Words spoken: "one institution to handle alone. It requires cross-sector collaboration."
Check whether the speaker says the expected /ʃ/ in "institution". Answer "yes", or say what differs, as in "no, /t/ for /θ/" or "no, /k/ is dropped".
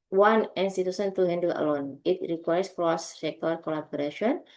no, /s/ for /ʃ/